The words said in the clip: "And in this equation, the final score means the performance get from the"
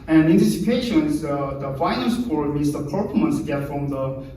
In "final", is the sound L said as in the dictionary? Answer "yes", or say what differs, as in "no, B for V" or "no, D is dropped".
no, N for L